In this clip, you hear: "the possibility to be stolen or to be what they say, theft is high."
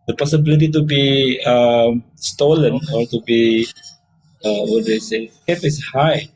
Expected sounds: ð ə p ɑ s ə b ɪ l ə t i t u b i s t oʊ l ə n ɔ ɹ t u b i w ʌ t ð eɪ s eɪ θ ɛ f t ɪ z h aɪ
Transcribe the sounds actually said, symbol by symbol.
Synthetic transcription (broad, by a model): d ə p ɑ s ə b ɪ l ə t i t u b i s t oʊ l ə n ɔ ɹ t u b i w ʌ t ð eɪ s eɪ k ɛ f ɪ s h aɪ